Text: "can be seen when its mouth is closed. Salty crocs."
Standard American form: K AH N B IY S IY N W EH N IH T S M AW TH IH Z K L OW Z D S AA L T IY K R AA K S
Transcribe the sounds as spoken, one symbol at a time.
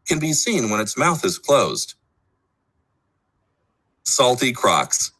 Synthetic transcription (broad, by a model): K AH N B IY S IY N W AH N IH T S M AW TH IH Z K L OW Z D S AA L T IY K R AA K S